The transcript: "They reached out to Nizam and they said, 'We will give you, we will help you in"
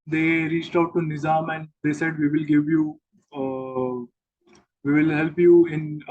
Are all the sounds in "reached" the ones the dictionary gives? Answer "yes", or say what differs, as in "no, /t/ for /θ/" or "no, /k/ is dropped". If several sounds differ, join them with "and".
yes